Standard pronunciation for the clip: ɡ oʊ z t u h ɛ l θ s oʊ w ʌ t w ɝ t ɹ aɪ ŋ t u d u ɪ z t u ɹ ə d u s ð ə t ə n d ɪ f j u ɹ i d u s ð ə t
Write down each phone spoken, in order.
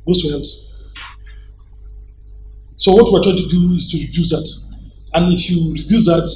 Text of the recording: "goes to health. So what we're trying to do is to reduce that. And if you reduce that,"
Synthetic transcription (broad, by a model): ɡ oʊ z t u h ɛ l t s oʊ w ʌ t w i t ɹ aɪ t u d u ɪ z t u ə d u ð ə t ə n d ɪ f j u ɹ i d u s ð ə t